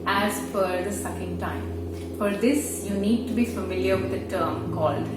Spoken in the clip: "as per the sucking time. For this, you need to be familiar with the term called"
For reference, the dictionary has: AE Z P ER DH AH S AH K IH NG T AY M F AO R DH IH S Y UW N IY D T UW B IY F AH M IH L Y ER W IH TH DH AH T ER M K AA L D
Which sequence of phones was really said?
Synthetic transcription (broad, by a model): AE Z F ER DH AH S AH K IH NG T AY M F AO R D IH S Y UW N IY D T UW B IY F AH M IH L Y ER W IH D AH T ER M K AA L D